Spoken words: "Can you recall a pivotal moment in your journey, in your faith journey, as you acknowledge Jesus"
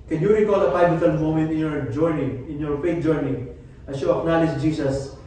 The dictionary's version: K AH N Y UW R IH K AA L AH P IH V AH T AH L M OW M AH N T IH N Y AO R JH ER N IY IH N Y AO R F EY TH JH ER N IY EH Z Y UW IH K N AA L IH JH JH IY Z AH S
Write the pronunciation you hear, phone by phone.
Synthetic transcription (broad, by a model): K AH N Y UW R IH K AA L AH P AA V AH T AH L M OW M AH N T IH N Y AO R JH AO N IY IH N Y AO R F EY T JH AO N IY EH S Y UW IH K N AA L IH JH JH IY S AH S